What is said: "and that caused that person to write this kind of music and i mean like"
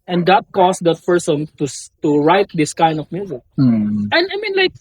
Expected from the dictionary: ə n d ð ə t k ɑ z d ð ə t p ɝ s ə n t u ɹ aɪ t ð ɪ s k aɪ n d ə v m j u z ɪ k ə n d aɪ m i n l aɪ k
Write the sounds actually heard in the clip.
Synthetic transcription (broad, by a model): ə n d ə t k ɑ s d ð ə t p ɝ s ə n t u ɹ aɪ t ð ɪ s k aɪ n d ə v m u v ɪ ə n aɪ m i n l aɪ k